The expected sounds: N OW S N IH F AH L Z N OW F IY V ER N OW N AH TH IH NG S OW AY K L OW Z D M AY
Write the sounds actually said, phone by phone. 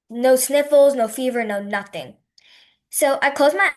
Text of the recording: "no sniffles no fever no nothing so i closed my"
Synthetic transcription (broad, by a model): N OW S N IH F L Z N OW F IY V ER N OW N AH TH IH NG S OW AY K OW Z M AY